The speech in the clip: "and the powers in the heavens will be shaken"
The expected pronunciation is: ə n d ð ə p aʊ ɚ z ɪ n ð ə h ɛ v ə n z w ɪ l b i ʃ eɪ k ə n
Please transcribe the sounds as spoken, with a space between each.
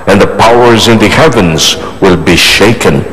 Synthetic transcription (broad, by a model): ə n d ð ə p aʊ ɚ z ɪ n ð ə h ɛ v ə n z w ɪ l b i ʃ eɪ k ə n